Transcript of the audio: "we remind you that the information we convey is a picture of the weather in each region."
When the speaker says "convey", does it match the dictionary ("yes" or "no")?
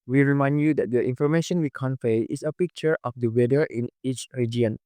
no